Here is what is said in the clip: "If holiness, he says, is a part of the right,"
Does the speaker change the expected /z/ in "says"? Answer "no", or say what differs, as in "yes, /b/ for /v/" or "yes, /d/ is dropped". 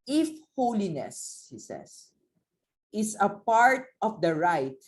yes, /s/ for /z/